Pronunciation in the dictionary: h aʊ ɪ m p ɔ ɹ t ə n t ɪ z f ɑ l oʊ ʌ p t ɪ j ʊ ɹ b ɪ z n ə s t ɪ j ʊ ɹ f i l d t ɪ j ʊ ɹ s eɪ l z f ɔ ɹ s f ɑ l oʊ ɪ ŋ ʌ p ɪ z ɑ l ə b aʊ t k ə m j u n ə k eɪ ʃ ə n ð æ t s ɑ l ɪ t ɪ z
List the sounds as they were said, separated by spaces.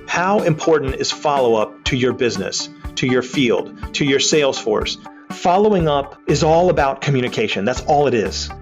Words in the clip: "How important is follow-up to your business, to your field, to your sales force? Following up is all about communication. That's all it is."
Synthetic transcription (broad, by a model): h aʊ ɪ m p ɔ ɹ t n t ɪ z f ɑ l oʊ ʌ p t ɪ j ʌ ɹ b ɪ z n ə s t ɪ j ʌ ɹ f i l d t ɪ j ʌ ɹ s eɪ l z f ɔ ɹ s f ɑ l oʊ ɪ ŋ ʌ p ɪ z ɑ l ə b aʊ t k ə m j u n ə k eɪ ʃ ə n ð æ t s ɑ l ɪ t ɪ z